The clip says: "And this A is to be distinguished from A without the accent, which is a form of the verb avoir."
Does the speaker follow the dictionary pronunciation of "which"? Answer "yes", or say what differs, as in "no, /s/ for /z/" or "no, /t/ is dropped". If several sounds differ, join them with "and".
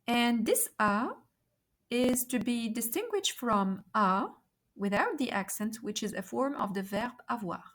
yes